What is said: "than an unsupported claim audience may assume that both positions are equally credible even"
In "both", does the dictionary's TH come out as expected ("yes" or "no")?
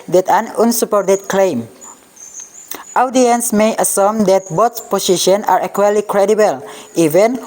no